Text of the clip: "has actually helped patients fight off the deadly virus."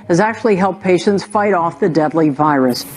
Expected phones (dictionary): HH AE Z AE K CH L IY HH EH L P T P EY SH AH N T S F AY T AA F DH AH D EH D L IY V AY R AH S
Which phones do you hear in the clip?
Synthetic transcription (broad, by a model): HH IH Z AE K CH L IY HH EH L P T P EY SH AH N T S F AY T AA F DH AH D EH D L IY V AY R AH S